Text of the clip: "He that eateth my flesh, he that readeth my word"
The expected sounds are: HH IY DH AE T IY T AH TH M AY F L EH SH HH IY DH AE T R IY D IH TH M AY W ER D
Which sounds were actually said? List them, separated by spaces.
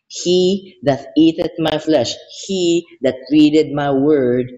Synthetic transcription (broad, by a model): HH IY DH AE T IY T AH T M AY F L EH SH HH IY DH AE T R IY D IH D M AY W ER D